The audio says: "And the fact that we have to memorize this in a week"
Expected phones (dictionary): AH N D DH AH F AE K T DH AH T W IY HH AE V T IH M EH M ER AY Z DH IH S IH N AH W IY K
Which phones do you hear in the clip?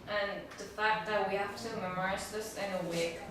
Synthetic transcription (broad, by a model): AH N DH AH F AE K T DH AH T W IY HH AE F T IH M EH M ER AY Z DH IH S IH N AH W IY K